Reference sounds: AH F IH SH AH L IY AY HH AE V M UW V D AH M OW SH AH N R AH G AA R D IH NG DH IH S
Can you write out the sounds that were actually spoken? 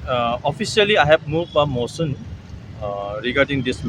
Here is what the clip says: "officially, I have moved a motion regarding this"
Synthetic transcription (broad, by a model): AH F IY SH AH L IY AY HH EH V M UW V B AH M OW S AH N R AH G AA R D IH NG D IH S